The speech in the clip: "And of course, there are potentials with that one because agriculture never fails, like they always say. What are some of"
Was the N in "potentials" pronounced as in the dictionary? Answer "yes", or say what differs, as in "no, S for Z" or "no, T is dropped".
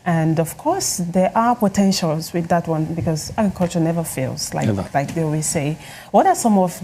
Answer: yes